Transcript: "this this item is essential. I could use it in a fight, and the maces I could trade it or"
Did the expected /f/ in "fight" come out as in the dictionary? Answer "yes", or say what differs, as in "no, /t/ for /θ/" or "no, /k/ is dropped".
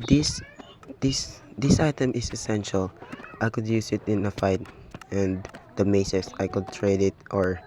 yes